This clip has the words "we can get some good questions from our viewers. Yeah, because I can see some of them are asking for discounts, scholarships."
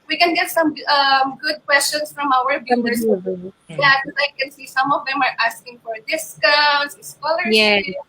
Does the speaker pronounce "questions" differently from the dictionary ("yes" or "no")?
yes